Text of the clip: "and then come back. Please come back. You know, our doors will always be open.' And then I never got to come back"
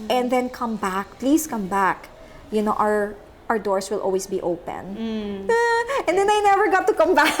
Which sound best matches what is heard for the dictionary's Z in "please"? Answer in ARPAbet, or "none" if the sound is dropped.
S